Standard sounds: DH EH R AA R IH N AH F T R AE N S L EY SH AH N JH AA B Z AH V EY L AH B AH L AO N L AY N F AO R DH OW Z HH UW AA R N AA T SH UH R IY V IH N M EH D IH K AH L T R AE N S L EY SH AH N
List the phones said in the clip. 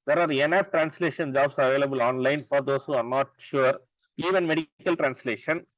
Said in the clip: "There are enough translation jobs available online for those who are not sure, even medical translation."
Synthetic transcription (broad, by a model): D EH R AA R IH N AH P T R AE N S L EY SH AH N JH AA B S AH V EY L AH B AH L AO N L AY N F AO R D OW S HH UW AA R N AA T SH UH R IY V IH N M EH D IH K AH L T R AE N S L EY SH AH N